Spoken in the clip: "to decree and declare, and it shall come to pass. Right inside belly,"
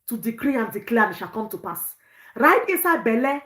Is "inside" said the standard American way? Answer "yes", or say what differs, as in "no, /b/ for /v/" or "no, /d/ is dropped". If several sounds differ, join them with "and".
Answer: no, /n/ is dropped